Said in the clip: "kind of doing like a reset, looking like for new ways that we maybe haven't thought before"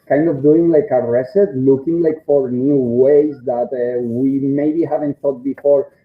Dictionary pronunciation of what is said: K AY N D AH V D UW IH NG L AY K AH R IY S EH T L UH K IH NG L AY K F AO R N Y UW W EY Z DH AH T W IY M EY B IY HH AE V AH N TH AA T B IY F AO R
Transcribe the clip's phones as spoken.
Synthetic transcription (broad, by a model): K AY N D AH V D UW IH NG L AY K AH R IY S EH T L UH K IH NG L AY K F AO R N Y UW W EY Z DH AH T W IY M EY B IY HH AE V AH N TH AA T B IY F AO R